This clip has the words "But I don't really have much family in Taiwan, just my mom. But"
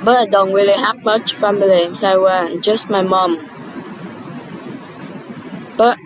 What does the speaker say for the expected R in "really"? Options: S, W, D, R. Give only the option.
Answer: W